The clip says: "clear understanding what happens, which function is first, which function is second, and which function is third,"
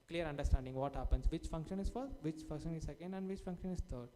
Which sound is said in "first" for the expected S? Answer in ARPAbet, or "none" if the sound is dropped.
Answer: none